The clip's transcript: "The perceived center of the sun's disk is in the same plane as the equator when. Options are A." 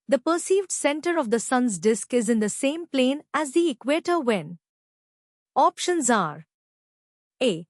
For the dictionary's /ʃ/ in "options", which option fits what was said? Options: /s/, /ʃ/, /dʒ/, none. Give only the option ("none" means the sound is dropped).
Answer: /ʃ/